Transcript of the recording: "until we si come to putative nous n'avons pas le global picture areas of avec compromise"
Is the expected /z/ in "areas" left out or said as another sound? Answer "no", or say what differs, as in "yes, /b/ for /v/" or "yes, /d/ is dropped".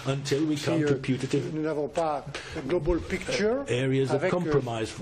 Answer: no